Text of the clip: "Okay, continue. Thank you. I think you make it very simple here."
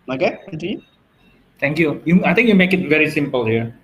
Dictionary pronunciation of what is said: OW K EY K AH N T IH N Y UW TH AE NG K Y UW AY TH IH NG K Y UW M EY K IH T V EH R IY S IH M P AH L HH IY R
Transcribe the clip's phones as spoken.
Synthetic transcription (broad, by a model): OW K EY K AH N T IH Y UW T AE NG K Y UW AY T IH NG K Y UW M EY K IH T V EH R IY S IH M P AH L HH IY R